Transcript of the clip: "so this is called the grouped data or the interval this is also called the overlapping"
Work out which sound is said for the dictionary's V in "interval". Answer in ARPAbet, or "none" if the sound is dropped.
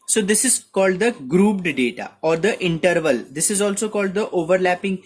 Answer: V